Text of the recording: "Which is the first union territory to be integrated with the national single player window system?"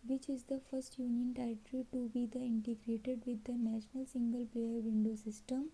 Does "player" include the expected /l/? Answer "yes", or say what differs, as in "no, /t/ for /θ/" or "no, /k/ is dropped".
no, /l/ is dropped